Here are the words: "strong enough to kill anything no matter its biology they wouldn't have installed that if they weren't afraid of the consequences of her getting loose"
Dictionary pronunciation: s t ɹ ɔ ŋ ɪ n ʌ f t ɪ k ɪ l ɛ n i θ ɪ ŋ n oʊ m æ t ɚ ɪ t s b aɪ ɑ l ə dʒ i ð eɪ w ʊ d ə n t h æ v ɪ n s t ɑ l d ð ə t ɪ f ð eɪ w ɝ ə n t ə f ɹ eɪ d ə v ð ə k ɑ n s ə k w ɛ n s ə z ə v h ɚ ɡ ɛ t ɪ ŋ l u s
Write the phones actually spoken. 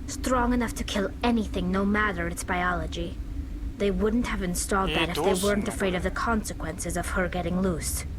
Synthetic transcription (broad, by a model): s t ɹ ɔ ŋ ɪ n ʌ f t ɪ k ɪ l ɛ n i θ ɪ ŋ n oʊ m æ t ɚ ɪ t s b aɪ ɑ l ə dʒ i ð eɪ w ʊ d n t h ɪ v ɪ n s t ɑ l d ð ə t ɪ f ð eɪ w ɝ ə n t ə f ɹ eɪ d ə v ð ə k ɑ n s ə k w ɛ n s ə z ə v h ɚ ɡ ɛ t ɪ ŋ l u s